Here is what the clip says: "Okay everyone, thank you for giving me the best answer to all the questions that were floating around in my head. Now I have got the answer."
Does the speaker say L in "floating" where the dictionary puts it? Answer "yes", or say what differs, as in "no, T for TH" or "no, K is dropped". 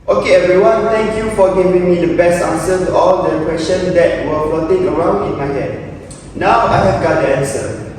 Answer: no, L is dropped